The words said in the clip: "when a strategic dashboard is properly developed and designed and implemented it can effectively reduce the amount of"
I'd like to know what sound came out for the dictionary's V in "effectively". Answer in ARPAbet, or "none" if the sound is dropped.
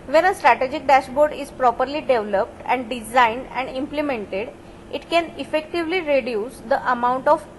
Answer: V